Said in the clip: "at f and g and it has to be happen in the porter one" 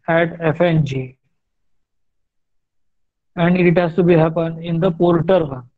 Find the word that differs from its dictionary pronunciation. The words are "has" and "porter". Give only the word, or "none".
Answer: has